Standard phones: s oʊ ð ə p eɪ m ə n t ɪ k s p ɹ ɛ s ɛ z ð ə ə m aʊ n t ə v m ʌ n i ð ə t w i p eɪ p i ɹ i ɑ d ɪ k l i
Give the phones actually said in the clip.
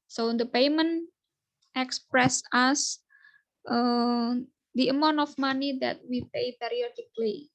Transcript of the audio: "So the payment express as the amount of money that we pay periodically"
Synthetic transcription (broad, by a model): s oʊ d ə p eɪ m ə n t ɪ k s p ɹ ɛ s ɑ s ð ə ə m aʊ n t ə f m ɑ n i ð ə t w i p eɪ p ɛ ɹ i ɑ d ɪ k l i